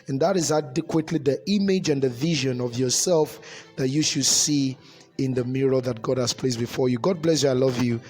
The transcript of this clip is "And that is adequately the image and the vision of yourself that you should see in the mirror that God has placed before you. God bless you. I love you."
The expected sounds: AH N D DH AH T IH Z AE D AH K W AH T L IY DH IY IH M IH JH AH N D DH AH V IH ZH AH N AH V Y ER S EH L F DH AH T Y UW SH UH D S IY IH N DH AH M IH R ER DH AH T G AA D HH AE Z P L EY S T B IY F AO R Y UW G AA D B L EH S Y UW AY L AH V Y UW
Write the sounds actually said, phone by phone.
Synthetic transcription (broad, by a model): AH N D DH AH T IH Z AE D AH K W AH T L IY DH IY IH M IH JH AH N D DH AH V IH ZH AH N AH V Y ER S EH L F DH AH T Y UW SH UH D S IY IH N DH AH M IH R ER DH AH T G AA D HH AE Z P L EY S B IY F AO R Y UW G AA D B L EH S Y UW AY L AH V Y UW